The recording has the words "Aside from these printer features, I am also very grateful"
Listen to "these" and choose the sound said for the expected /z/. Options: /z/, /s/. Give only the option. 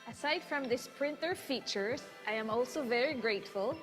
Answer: /s/